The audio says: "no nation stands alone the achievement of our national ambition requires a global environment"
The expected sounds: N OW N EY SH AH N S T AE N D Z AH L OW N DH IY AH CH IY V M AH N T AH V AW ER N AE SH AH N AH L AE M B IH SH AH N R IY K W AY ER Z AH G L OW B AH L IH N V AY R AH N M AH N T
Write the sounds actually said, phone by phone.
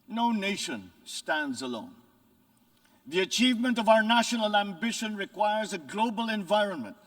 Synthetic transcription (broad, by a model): N OW N EY SH AH N S T AE N D Z AH L OW N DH IY AH CH IY V M AH N T AH V AW ER N AE SH AH N AH L AE M B IH SH AH N R IY K W AY ER Z AH G L OW B AH L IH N V AY R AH N M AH N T